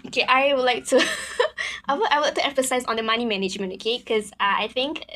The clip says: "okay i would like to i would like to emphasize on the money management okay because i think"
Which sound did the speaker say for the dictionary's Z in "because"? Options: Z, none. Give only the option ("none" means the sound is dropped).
none